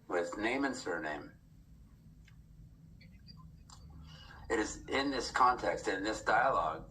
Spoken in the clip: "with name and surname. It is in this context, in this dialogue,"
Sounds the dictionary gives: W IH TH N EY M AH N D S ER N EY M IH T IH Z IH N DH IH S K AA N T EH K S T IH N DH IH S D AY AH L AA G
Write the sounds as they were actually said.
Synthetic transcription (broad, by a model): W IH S N EY M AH N S ER N EY M IH T IH Z IH N DH IH S K AA N T EH K S T IH N DH IH S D AY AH L AA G